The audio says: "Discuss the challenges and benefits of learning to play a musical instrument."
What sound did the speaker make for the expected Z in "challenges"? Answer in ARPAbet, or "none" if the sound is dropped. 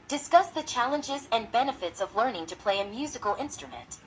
Z